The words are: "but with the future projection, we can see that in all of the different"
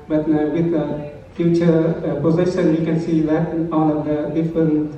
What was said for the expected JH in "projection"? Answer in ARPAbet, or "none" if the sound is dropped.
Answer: Z